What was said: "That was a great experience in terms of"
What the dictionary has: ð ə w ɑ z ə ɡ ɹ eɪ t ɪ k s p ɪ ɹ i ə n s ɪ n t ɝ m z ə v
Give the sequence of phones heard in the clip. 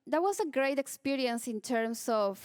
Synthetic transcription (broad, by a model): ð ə w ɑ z ə ɡ ɹ eɪ t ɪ k s p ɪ ɹ i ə n s ɪ n t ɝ m s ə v